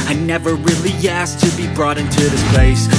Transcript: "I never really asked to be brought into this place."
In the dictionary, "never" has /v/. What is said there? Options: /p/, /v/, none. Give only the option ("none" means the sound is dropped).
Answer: /v/